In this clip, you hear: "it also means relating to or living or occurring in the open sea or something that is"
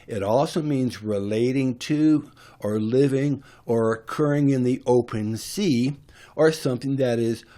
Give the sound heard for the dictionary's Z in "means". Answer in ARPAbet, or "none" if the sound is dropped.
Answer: Z